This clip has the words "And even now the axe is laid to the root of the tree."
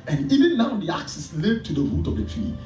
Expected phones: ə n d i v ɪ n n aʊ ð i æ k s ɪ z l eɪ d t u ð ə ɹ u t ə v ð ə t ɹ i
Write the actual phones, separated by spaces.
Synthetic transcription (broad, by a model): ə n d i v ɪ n n aʊ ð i æ k s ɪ s l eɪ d t u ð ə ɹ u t ə v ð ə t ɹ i